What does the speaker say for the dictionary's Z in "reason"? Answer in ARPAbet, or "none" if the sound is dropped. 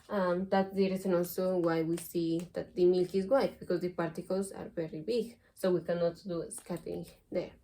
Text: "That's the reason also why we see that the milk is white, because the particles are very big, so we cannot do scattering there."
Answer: S